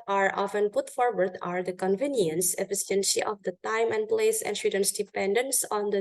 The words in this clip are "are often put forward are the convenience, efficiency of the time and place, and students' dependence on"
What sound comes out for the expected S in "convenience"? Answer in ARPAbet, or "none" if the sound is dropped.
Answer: S